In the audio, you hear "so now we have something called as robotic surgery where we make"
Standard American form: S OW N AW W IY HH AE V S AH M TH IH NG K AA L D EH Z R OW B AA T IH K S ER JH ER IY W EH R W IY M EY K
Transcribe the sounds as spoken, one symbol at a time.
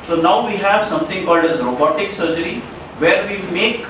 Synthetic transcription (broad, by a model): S OW N AW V IY HH AE V S AH M T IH NG K AA L D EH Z R OW B AA T IH K S ER JH ER IY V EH R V IY M EY K